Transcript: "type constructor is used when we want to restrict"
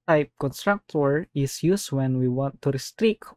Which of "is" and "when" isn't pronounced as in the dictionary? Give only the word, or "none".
is